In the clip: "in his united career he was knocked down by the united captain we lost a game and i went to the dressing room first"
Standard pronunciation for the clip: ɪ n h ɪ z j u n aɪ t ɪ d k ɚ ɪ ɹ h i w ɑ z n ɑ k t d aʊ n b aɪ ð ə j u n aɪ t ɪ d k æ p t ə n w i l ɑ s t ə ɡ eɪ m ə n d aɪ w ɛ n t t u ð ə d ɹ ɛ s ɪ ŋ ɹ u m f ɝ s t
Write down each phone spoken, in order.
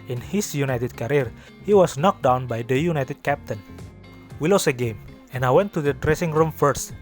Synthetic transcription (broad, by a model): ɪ n h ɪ s j u n aɪ t ɪ d k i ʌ ɹ h i w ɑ s n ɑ k d aʊ n b aɪ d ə j u n aɪ t ɪ d k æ p t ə n w i l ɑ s ə ɡ eɪ m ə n aɪ w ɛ n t t u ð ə d ɹ ɛ s ɪ ŋ ɹ u m f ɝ s t